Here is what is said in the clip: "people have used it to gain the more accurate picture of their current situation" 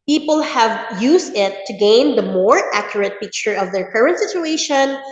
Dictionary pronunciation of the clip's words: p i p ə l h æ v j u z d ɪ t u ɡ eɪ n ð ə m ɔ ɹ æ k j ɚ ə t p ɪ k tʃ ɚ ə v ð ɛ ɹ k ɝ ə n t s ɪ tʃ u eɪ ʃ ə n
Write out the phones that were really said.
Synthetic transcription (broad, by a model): p i p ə l h æ v j u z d ɪ t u ɡ eɪ n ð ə m ɔ ɹ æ k j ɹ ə t p ɪ k tʃ ɚ ə v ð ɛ ɹ k ɝ ə n t s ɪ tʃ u eɪ ʃ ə n